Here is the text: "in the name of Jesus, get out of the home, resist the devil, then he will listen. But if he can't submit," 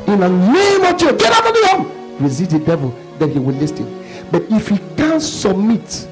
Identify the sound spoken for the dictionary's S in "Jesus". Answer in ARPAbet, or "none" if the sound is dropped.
none